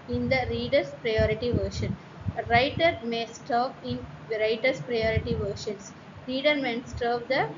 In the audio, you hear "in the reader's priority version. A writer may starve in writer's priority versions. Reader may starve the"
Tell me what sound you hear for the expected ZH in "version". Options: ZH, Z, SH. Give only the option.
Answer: SH